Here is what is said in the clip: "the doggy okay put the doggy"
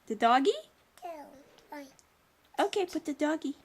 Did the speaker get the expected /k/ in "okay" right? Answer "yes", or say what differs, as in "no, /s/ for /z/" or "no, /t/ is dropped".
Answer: yes